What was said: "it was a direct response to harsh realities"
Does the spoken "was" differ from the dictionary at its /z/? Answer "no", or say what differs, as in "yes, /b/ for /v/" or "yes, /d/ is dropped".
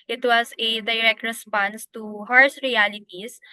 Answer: yes, /s/ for /z/